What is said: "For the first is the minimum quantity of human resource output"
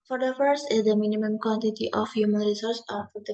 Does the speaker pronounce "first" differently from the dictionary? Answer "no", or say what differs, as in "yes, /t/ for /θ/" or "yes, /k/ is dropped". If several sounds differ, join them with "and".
yes, /t/ is dropped